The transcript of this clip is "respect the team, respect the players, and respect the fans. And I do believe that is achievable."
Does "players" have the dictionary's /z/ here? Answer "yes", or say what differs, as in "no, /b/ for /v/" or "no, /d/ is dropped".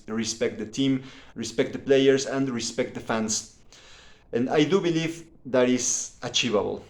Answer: no, /s/ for /z/